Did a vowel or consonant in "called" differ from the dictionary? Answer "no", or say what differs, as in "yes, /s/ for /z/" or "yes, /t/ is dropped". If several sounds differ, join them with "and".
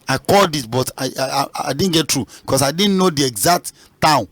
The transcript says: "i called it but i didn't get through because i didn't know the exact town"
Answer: no